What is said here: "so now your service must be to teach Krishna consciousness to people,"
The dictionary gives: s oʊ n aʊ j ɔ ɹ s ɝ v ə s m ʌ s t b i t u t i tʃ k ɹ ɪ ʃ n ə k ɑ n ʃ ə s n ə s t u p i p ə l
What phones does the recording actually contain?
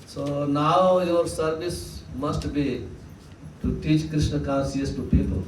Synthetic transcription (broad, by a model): s oʊ n aʊ j ɔ ɹ s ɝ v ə s m ʌ s t b i t u t i tʃ k ɹ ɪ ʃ n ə k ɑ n s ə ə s t u p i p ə l